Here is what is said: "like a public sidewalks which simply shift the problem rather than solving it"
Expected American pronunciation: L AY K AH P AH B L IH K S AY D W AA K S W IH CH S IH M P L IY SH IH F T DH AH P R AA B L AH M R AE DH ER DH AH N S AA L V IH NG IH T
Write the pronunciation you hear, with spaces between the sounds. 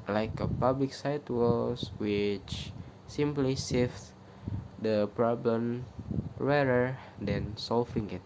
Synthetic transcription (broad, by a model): L AY K AH P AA B L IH K S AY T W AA S W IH CH S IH M P L IY S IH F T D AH P R AA B L AH M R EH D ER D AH N S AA L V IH NG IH T